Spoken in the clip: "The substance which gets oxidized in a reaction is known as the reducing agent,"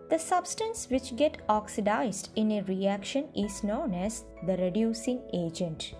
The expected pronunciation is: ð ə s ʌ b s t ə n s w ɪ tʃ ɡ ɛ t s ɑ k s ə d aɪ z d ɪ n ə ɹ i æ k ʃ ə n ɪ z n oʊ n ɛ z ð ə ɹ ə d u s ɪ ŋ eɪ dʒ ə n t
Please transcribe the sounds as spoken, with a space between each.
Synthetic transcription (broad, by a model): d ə s ʌ b s t ə n s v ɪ tʃ ɡ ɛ t ɑ k s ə d aɪ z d ɪ n ə ɹ i æ k ʃ ə n ɪ z n oʊ n ɛ z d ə ɹ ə d u s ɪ ŋ eɪ dʒ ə n t